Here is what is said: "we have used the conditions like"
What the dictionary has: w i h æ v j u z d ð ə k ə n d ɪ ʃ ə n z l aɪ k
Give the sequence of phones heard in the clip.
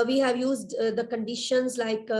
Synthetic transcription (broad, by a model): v i h æ v j u z d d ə k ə n d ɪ ʃ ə n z l aɪ k